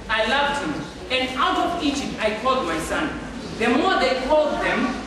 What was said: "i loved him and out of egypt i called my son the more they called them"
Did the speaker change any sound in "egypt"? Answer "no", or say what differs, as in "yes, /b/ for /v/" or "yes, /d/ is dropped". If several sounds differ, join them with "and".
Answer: yes, /tʃ/ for /dʒ/